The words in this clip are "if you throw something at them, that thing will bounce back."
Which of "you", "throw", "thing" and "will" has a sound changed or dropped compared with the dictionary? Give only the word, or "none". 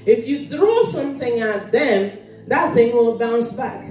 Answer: none